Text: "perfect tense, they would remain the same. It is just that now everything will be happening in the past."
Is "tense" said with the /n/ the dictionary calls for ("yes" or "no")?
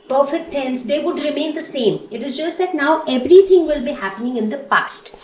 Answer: yes